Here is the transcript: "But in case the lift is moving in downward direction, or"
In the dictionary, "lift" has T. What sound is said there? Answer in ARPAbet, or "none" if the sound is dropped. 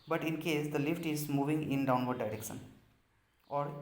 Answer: T